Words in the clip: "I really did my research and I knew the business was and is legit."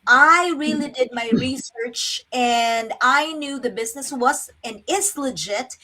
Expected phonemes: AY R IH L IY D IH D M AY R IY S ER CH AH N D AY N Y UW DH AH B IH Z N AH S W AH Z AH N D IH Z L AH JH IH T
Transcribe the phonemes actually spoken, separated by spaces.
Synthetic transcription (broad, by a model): AY R IH L IY D IH D M AY R IY S ER CH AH N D AY N Y UW DH AH B IH Z N AH S W AH Z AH N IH S L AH JH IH T